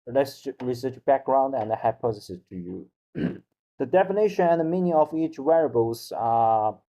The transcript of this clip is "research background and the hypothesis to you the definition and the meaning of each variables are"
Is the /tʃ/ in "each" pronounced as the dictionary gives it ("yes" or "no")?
yes